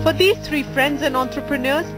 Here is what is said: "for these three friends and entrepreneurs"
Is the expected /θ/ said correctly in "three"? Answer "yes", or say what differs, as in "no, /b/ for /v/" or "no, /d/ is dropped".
no, /t/ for /θ/